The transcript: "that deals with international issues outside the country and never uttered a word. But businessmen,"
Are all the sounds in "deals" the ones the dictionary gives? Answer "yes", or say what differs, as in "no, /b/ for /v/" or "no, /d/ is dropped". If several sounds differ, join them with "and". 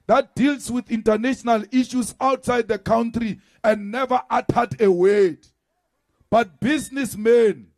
no, /s/ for /z/